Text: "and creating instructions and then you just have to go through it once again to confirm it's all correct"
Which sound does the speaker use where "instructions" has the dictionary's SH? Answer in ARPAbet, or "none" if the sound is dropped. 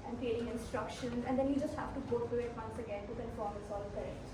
SH